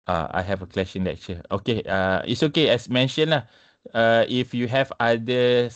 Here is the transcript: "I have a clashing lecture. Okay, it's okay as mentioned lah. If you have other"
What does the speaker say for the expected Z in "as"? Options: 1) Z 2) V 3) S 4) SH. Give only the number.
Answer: 3